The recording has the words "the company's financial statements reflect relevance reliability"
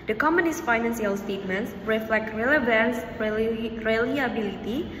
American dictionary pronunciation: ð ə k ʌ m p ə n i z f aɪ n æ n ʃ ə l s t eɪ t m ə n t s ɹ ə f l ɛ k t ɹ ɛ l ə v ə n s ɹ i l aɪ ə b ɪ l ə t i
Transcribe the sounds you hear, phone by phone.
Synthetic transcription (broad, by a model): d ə k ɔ m ə n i s f aɪ n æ n s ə l s t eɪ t m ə n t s ɹ ə f l ɛ k t ɹ ɛ l ə v ə n s ɹ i l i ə b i l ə t i